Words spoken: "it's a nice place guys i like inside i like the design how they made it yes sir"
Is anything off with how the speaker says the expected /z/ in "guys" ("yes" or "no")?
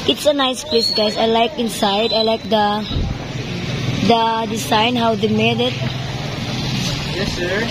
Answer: yes